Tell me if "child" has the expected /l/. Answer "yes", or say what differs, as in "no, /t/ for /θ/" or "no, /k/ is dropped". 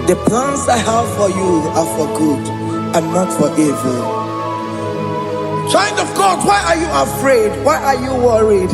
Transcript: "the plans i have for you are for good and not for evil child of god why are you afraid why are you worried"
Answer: no, /n/ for /l/